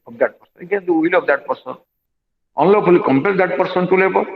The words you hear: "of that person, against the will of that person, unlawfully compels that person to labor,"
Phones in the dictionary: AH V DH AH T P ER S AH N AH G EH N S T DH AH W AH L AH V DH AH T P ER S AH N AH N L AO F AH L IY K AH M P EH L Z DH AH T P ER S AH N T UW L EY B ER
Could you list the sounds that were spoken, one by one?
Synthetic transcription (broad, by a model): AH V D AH T P ER S AH N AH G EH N T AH W AH L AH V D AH T P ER S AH N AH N L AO P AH L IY K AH M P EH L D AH T P ER S AH N T UW L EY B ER